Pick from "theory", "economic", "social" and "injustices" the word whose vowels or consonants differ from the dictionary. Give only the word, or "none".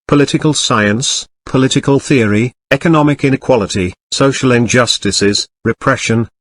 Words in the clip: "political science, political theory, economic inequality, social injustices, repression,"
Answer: none